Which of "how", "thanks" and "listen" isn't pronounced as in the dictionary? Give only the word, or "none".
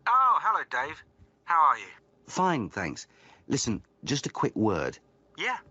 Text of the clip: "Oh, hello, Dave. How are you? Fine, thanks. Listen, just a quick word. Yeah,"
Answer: none